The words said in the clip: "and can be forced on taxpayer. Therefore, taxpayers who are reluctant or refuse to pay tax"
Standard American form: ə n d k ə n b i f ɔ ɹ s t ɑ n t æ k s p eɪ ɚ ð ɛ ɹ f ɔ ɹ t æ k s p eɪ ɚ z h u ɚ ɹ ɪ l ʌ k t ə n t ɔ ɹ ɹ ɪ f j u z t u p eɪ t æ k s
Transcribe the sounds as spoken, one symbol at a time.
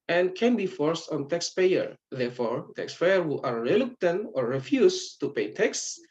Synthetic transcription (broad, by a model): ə n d k ə n b i f ɔ ɹ s t ɑ n t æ k s p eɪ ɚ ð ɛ ɹ f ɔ ɹ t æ k s p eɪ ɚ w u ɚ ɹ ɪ l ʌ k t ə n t ɔ ɹ ɹ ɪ f j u s t u p eɪ t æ k s